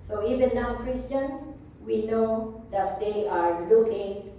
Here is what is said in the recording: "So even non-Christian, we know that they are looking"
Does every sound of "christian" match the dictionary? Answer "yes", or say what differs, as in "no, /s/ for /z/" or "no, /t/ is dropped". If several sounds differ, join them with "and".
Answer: yes